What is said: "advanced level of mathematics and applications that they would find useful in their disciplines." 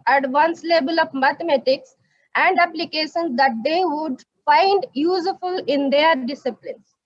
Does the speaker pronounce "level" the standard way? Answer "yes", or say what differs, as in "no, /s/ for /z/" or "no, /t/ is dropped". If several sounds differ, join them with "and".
no, /b/ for /v/